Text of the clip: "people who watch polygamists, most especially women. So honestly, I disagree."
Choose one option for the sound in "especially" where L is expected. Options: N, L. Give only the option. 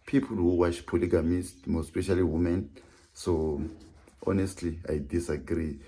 L